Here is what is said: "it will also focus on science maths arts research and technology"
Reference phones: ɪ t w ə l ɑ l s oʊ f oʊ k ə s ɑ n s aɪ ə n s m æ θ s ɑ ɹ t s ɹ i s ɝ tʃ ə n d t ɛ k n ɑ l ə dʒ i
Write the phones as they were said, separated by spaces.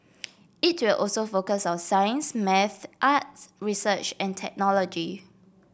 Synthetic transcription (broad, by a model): ɪ t w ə l ɑ l s oʊ f oʊ k ə s ɑ n s aɪ ə n s m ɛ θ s ɑ t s ɹ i s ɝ tʃ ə n t ɛ k n ɑ l ə dʒ i